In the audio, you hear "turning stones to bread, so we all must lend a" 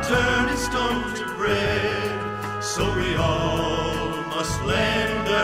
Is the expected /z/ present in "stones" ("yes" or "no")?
no